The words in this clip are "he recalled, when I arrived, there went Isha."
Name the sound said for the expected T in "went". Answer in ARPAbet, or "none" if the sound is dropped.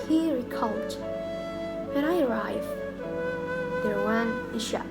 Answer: none